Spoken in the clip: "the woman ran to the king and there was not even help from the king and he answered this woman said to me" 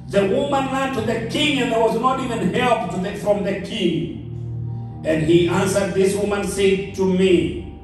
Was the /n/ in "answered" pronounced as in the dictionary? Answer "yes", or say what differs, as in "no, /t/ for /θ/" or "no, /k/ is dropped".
yes